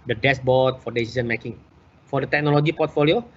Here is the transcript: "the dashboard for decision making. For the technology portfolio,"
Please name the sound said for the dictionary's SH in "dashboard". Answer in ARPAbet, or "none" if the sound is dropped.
S